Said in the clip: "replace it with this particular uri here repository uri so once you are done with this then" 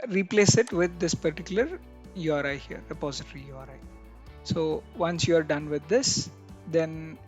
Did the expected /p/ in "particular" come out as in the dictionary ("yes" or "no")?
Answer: yes